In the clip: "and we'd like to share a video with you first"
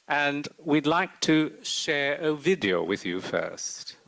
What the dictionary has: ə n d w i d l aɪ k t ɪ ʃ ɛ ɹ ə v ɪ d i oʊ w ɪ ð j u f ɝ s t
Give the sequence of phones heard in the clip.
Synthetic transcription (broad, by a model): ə n w i d l aɪ k t ɪ ʃ ɛ ɹ ə v ɪ d i oʊ w ɪ ð j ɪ f ɝ s t